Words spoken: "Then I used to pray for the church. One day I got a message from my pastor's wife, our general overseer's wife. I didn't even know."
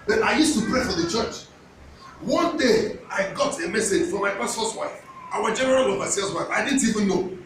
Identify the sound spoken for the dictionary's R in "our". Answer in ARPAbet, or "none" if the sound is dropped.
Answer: W